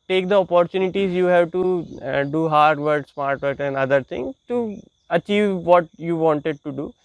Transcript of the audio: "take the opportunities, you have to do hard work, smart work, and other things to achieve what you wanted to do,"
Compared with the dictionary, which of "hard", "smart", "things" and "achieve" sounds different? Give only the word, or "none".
things